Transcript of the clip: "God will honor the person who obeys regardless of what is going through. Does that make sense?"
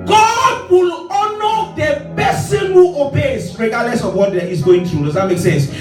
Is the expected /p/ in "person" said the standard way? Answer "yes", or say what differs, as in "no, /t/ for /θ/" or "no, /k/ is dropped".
no, /b/ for /p/